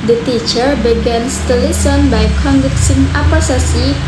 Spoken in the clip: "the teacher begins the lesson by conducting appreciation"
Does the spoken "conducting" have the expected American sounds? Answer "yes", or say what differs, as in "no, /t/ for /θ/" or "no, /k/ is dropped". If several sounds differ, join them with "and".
no, /s/ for /t/